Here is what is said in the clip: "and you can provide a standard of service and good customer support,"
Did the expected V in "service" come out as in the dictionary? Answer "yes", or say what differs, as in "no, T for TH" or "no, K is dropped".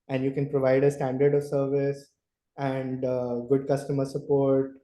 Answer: yes